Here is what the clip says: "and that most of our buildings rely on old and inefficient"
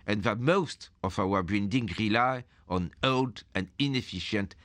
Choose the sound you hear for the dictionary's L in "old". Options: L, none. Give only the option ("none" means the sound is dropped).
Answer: L